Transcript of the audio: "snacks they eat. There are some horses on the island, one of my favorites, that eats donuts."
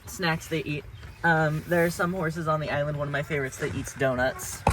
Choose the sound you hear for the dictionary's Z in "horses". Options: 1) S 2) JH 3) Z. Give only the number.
3